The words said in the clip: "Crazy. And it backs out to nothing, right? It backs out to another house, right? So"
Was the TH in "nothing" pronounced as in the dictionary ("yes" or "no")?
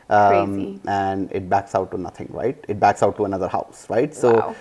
no